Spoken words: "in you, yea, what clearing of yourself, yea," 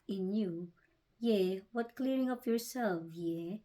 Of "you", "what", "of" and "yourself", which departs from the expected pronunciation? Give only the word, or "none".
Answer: of